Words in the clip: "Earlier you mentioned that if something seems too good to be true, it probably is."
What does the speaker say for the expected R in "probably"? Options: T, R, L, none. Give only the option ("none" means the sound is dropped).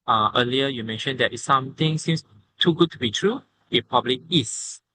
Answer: none